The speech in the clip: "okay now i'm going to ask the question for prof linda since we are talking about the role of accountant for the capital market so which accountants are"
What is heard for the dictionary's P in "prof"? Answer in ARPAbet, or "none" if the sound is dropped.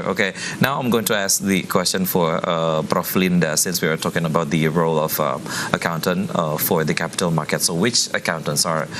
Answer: B